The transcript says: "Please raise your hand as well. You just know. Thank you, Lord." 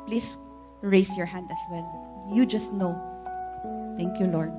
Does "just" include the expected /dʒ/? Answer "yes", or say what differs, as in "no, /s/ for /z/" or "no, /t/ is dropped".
yes